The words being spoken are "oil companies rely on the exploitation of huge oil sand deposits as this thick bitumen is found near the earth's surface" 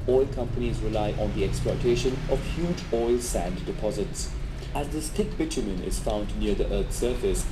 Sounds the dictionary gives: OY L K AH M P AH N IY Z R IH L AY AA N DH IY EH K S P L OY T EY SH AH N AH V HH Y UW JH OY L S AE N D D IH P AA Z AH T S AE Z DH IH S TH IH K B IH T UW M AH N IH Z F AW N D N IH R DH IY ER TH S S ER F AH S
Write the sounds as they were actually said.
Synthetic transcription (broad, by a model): OY L K AH M P AH N IY Z R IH L AY AA N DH IY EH K S P L OY T EY SH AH N AH V HH Y UW JH OY L S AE N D D IH P AA Z AH T S AE Z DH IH S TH IH K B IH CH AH M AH N IH Z F AW N D N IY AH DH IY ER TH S S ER F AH S